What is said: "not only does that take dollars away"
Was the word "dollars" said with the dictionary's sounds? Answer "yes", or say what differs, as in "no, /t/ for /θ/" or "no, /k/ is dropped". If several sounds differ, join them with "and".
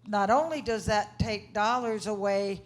yes